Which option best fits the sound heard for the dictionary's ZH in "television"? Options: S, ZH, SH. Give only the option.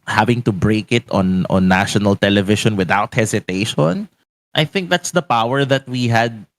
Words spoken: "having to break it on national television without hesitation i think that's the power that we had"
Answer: SH